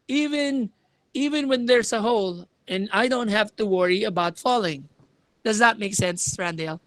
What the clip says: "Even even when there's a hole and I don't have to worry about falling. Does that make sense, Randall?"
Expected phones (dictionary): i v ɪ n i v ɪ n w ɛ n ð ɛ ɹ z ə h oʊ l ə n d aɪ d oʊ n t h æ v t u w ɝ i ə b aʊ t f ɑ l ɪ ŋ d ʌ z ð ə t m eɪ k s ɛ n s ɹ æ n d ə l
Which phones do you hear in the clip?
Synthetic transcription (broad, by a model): i v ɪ n i v ɪ n w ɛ n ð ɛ ɹ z ə h oʊ l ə n aɪ d oʊ n t h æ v t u w ɝ i ə b aʊ t f ɑ l ɪ ŋ d ʌ z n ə t m eɪ k s ɛ n s ɹ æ n d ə l